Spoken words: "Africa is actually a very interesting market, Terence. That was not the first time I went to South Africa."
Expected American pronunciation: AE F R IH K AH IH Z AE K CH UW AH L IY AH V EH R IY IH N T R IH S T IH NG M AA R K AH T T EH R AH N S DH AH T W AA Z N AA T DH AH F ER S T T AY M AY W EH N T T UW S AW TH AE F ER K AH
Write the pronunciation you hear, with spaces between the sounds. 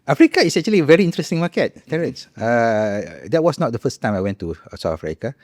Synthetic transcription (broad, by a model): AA F R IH K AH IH S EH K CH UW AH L IY AH V EH R IY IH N T R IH S T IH NG M AA K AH T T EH R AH S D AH T W AA S N AA T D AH F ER S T T AY M AY W EH N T T UW S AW T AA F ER K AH